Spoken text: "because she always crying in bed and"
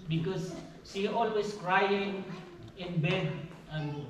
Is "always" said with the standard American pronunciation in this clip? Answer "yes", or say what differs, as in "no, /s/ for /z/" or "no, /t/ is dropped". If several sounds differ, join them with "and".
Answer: no, /s/ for /z/